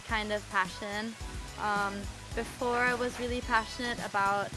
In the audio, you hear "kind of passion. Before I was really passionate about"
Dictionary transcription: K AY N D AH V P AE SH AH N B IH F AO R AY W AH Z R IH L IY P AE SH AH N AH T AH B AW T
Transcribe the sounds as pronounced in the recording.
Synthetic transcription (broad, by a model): K AY N D AH V P AE SH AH N B IH F AO R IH W AH Z R IH L IY P AE SH AH N AH T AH B AW T